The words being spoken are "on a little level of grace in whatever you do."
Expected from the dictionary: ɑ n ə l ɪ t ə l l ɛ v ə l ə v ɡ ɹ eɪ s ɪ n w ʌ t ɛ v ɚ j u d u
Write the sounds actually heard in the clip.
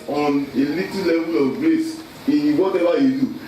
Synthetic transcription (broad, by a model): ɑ n ə l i t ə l l ɛ v ə l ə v ɡ ɹ eɪ s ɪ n w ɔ t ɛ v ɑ j u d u